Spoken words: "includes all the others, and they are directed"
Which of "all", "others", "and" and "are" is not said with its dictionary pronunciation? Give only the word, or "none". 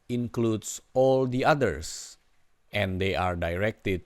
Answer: others